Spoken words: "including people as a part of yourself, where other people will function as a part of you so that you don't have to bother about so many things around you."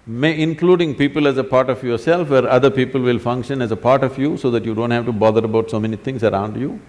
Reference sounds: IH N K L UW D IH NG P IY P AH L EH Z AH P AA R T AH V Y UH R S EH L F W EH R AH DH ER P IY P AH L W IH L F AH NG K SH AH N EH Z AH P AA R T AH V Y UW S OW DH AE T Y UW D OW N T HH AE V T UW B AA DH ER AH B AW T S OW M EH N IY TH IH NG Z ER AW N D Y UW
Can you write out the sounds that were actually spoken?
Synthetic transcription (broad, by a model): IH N K L UW D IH NG P IY P AH L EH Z AH P AA R T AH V Y UH R S EH L F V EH R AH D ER P IY P AH L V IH L F AH NG K SH AH N EH Z AH P AA R T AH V Y UW S OW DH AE T Y UW D OW N T HH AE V T UW B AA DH ER AH B AW T S OW M EH N IY T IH NG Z ER AW N D Y UW